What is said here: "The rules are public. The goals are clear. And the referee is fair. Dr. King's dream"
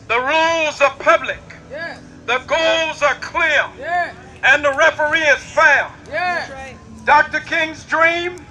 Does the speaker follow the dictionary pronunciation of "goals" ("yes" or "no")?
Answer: yes